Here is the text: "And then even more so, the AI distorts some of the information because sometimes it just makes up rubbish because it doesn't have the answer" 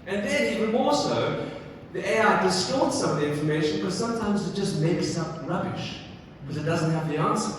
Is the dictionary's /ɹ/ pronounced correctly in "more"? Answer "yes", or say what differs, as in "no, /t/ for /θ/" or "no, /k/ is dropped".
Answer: no, /l/ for /ɹ/